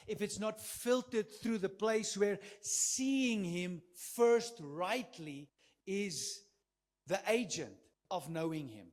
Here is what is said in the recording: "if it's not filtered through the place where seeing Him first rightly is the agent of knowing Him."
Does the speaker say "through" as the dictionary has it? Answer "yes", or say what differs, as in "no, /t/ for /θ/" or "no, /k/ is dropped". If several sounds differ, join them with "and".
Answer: yes